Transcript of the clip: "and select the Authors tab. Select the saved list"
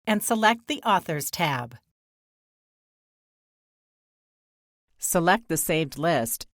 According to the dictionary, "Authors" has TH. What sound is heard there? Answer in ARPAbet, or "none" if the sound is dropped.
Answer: TH